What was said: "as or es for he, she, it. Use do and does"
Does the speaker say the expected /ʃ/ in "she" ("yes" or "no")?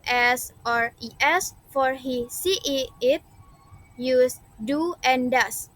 no